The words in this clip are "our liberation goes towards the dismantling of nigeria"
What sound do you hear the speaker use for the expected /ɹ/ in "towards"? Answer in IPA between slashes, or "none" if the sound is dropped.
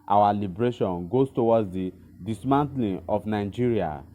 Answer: /w/